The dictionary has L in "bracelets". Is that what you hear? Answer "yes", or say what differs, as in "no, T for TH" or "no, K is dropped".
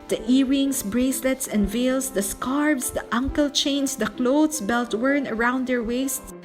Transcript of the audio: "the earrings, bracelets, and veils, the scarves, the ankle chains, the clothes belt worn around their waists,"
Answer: yes